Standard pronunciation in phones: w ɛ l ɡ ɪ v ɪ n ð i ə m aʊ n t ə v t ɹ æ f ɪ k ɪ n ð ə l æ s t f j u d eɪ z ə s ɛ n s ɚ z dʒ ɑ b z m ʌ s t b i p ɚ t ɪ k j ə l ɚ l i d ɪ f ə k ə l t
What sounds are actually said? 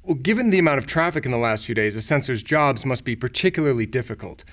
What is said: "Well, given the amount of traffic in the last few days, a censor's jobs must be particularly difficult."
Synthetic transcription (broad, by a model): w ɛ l ɡ ɪ v ɪ n ð i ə m aʊ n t ə v t ɹ æ f ɪ k ɪ n ð ə l æ s t f j u d eɪ z ə s ɛ n s ɚ z dʒ ɑ b z m ʌ s t b i p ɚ t ɪ k j l ɚ l i d ɪ f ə k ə l t